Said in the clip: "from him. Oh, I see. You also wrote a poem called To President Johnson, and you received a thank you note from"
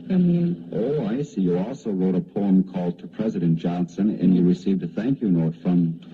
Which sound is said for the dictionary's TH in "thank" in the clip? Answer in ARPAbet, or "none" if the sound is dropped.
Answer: TH